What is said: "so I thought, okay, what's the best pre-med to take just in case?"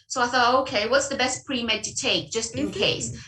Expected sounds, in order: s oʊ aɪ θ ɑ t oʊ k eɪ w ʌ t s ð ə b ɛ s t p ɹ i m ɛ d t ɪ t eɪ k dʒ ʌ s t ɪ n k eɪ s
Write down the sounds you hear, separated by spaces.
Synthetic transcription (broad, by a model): s oʊ aɪ θ ɑ t oʊ k eɪ w ʌ t s ð ə b ɛ s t p ɹ i m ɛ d t ɪ t eɪ k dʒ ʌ s t ɪ n k eɪ s